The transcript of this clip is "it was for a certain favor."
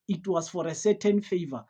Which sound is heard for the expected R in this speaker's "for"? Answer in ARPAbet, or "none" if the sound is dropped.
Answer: R